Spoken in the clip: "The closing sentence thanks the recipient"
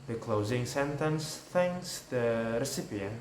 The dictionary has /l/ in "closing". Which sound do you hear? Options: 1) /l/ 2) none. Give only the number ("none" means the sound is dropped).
1